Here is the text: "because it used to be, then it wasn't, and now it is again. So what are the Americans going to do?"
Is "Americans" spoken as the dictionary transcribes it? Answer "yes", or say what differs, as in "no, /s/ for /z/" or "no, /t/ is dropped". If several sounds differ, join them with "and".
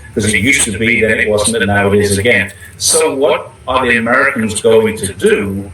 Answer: yes